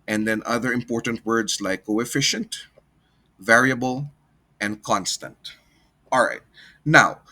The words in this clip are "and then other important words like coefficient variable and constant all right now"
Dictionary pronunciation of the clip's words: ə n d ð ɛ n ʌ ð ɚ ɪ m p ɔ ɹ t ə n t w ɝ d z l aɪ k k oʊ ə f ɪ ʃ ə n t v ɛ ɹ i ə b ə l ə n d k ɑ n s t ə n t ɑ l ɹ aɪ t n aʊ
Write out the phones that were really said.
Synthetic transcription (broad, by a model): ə n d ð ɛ n ʌ ð ɚ ɪ m p ɔ ɹ t ə n t w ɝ d s l aɪ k k oʊ ə f ɪ ʃ ə n t v ɛ ɹ i ə b ə l ə n d k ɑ n s t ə n t ɑ l ɹ aɪ t n aʊ